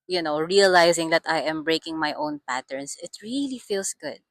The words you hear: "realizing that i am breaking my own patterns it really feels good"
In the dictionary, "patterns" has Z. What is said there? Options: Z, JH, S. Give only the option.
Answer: S